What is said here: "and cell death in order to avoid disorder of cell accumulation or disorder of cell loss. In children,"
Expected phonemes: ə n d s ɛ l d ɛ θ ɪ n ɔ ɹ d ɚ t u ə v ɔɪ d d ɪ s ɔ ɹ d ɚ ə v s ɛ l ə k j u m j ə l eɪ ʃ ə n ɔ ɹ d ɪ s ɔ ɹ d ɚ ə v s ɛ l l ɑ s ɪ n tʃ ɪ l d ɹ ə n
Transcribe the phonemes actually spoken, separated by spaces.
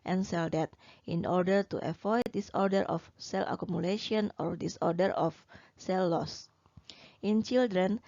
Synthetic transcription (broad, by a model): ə n s ɛ l d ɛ t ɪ n ɔ ɹ d ɚ t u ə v ɔɪ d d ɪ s ɔ ɹ d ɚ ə f s ɛ l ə k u m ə l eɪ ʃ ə n ɔ ɹ d ɪ s ɔ ɹ d ɚ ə f s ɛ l l ɑ s ɪ n tʃ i l d ɹ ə n